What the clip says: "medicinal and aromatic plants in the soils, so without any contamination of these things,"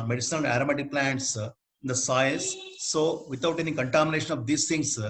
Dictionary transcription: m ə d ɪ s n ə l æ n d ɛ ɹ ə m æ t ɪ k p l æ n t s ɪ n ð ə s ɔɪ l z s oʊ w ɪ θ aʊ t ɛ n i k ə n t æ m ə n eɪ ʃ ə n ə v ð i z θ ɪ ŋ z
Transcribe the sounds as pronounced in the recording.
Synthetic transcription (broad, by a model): m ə d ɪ s n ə l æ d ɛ ɹ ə m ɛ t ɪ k p l æ n t s ɪ n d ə s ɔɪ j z s oʊ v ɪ t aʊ t ɛ n i k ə n t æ m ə n eɪ ʃ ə n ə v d i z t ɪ ŋ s